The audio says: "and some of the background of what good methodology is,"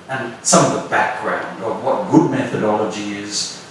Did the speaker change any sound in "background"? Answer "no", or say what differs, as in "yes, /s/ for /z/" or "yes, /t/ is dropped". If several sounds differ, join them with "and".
no